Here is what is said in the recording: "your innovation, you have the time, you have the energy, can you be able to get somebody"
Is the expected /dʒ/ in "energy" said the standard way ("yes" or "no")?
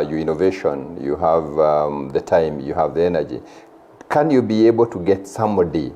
yes